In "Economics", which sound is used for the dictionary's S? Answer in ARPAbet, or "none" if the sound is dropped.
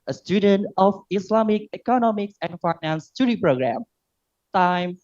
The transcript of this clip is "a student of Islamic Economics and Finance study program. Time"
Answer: S